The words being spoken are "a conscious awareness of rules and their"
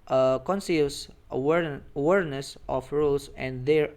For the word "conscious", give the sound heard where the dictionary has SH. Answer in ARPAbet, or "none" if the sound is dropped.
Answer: S